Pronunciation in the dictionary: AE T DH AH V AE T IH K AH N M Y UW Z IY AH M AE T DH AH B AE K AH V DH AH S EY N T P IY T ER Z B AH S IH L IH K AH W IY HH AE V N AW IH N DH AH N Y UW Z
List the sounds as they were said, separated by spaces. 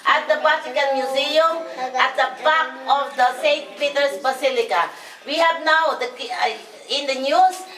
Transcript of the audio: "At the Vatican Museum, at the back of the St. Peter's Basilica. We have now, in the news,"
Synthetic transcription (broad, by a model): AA T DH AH P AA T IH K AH N M Y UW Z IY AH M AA T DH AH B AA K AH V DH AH S EY N T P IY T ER S B AH S IH L IH K AH W IY HH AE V N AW IH N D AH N Y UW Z